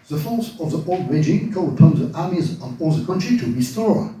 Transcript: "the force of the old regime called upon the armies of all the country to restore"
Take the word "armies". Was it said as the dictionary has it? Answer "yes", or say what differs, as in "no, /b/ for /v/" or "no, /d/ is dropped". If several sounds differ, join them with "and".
yes